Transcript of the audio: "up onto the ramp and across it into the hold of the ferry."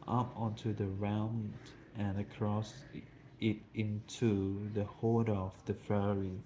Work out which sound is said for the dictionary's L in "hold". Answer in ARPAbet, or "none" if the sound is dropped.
none